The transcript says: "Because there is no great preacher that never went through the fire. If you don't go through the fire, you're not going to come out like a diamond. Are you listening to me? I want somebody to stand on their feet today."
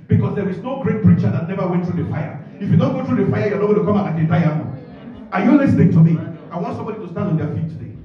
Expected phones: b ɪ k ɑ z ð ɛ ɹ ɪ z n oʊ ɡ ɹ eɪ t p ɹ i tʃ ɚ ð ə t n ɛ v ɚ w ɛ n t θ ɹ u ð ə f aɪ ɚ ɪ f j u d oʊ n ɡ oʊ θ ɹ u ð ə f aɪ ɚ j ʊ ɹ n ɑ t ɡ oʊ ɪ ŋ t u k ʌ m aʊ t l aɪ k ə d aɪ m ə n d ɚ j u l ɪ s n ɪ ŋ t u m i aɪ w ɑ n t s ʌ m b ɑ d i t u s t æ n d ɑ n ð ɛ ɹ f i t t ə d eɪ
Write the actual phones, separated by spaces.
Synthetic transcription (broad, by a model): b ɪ k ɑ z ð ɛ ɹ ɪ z n oʊ ɡ ɹ eɪ t p ɹ i tʃ ɚ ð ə t n ɛ v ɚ w ɛ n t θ ɹ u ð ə f aɪ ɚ ɪ f j u d oʊ n ɡ oʊ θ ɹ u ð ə f aɪ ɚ j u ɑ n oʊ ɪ t u k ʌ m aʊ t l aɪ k ə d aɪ ə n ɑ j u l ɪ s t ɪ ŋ t u m i aɪ w ɑ n t s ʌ m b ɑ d i t u s t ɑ n d ɑ n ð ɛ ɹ f i t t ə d eɪ